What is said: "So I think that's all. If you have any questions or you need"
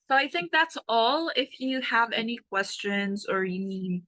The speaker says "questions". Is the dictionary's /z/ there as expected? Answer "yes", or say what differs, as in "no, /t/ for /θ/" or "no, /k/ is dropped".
yes